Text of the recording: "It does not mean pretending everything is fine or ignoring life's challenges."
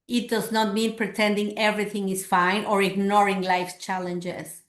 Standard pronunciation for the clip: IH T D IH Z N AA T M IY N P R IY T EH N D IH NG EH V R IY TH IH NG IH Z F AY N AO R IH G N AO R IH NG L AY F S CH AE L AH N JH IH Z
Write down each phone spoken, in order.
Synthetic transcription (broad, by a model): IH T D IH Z N AA T M IY N P R IY T EH N D IH NG EH V R IY TH IH NG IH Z F AY N AO R IH G N AO R IH NG L AY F CH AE L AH N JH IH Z